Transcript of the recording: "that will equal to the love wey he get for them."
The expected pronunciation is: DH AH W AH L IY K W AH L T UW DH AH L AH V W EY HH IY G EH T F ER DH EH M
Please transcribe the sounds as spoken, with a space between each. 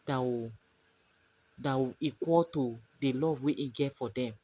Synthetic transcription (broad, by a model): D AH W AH W IY K W AH L T UW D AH L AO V W EY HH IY G EH T F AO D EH M